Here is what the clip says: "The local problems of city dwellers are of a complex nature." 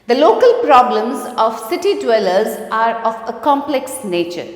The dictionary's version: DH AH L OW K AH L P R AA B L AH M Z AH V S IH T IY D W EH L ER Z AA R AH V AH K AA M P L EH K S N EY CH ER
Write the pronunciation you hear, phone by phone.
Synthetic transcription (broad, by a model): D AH L OW K AH L P R AA B L AH M Z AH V S IH T IY D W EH L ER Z AA R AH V AH K AA M P L EH K S N EY CH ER